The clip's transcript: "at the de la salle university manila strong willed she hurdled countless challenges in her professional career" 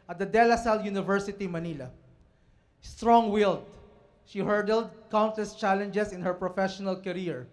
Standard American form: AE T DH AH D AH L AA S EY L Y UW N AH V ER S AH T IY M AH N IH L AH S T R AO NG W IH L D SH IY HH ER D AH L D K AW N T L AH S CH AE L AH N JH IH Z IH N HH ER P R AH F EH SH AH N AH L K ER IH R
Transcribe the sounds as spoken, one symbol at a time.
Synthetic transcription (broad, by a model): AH T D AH D AH L AA S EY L Y UW N AH V ER S AH T IY M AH N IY L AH S T R AO NG W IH L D SH IY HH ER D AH L D K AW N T AH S CH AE L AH N JH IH S IH N HH ER P R AH F EH SH AH N AH L K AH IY R